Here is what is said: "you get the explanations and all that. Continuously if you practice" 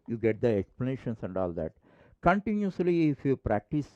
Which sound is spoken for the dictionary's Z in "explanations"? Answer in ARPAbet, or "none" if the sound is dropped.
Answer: S